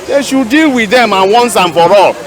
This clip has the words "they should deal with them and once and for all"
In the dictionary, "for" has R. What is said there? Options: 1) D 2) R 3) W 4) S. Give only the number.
2